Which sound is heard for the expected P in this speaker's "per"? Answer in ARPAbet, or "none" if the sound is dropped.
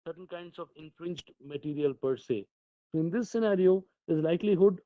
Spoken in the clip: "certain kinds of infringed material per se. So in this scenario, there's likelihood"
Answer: P